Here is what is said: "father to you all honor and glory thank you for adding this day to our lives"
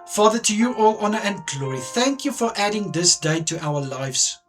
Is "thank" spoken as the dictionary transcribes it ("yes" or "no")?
yes